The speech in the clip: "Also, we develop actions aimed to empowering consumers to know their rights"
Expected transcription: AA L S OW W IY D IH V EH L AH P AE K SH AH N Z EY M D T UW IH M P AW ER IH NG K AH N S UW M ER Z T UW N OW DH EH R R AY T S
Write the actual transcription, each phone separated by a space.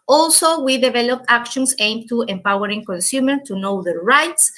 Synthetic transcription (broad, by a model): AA L S OW W IY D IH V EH L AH P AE K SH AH N S EY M T UW IH M P AW ER IH NG K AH N S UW M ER T UW N OW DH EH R R AY T S